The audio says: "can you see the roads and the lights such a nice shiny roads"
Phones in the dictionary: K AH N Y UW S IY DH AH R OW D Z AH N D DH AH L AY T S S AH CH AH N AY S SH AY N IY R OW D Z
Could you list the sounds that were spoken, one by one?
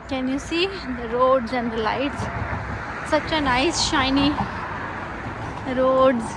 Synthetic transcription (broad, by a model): K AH N Y UW S IY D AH R OW D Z AH N D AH L AY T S S AH CH AH N AY S SH AY N IY R OW D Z